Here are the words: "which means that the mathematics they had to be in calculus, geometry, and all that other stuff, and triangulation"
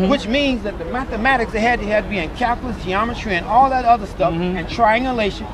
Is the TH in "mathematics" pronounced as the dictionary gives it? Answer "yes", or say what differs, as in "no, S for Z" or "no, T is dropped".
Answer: yes